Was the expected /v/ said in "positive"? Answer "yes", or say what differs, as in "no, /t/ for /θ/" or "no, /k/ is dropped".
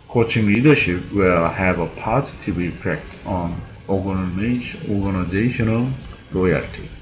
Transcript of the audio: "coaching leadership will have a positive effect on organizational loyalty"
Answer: no, /b/ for /v/